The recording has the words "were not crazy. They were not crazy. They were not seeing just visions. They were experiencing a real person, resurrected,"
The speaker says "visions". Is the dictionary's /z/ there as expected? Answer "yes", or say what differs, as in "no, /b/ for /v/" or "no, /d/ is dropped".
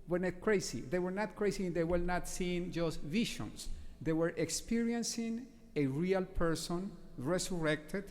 no, /s/ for /z/